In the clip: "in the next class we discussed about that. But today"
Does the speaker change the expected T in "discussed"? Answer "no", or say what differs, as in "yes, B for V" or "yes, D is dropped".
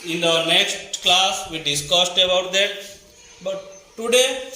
no